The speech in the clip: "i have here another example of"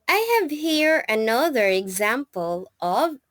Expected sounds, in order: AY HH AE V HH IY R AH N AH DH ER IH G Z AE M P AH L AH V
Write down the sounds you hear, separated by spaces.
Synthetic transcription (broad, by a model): AY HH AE V HH IY R AH N AH DH ER IH G Z AE M P AH L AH V